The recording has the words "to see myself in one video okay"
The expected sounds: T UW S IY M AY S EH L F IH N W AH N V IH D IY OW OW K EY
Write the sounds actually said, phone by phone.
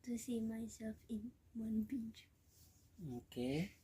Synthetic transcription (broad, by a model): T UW S IY M AY S EH L F IH N W AH N B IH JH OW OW K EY